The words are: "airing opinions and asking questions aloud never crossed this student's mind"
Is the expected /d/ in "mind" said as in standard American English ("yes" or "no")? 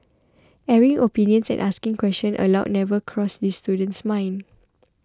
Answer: no